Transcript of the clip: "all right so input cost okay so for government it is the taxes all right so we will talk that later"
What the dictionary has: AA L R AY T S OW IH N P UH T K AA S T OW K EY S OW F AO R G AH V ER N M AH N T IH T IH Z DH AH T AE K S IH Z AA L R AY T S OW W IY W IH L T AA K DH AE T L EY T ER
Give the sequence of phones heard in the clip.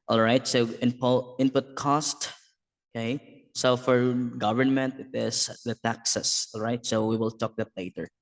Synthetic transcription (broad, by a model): AA L R AY T S OW IH N P UH T K AA S T OW K EY S OW F AO R G AH V ER N M AH N T IH T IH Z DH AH T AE K S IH S AA L R AY T S OW W IY W IH L T AA K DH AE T L EY T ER